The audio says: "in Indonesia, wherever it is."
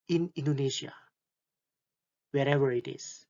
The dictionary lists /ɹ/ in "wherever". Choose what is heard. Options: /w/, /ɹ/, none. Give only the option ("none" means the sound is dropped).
/ɹ/